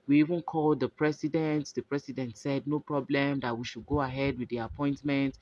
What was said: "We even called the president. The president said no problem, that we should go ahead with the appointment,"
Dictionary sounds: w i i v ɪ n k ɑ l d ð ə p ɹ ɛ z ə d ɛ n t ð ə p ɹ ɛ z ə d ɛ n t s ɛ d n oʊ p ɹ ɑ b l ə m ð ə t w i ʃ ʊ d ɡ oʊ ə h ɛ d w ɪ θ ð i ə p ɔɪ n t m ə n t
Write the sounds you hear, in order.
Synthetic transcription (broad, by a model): w i i v ɪ n k ɑ l d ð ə p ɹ ɛ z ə d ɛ n t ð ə p ɹ ɛ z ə d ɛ n t s ɛ d n oʊ p ɹ ɑ b l ə m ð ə t w i ʃ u d ɡ oʊ ə h ɛ d w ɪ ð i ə p ɔɪ n t m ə n t